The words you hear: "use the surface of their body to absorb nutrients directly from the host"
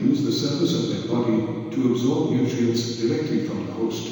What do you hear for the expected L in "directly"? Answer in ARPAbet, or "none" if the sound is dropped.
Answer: L